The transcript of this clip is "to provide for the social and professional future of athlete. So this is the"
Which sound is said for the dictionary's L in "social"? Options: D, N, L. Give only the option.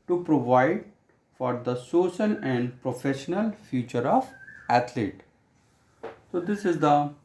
N